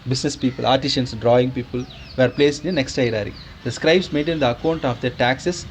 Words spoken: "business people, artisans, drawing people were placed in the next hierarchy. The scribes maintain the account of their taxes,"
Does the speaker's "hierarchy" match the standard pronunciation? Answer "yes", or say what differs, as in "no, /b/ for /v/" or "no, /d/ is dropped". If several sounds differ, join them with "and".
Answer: no, /k/ is dropped